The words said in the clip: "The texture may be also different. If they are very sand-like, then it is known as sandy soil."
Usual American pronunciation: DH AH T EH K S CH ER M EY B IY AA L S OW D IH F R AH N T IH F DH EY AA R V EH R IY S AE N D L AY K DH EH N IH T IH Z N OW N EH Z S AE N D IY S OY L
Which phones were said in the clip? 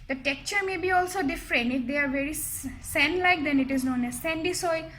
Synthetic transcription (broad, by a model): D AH T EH K CH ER M EY B IY AA L S OW D IH F R AH N T IH F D EY AA R V EH R IY S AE N L AY K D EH N IH T IH Z N OW N EH Z S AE N D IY S OY